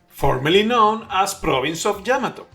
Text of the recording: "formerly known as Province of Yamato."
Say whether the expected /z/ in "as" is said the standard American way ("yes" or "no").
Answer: no